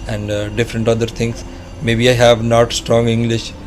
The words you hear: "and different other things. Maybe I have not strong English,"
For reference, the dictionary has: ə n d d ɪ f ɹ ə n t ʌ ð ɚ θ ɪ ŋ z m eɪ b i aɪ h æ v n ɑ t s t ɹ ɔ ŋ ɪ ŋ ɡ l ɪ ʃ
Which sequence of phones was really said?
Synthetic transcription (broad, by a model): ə n d d ɪ f ɹ ə n t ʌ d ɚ t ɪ ŋ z m eɪ b i aɪ h æ v n ɑ t s t ɹ ɔ ŋ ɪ ŋ ɡ l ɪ ʃ